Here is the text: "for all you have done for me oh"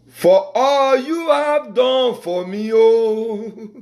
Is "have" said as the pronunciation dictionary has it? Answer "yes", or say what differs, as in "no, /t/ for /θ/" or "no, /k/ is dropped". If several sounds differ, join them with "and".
yes